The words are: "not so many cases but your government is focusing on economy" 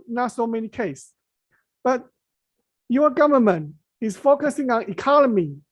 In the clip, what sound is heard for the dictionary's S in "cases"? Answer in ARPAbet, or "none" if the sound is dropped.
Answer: none